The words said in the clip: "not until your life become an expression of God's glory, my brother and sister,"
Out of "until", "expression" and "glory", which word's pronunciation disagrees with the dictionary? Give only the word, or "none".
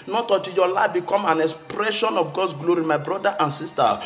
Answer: until